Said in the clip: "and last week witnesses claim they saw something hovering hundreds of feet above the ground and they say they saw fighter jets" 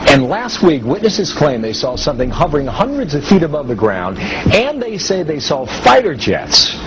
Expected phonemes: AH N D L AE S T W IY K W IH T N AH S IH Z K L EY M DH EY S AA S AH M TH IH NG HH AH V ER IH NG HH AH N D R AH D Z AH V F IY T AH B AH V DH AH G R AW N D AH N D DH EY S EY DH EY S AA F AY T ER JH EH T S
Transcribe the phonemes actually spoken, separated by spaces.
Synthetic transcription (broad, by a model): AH N L AE S T W IY K W IH T N AH S IH Z K L EY M DH EY S AA S AH M TH IH NG HH AH V ER IH NG HH AH N D R AH D Z AH V F IY T AH B AH V DH AH G R AW N D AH N DH EY S EY DH EY S AA F AY T ER JH EH T S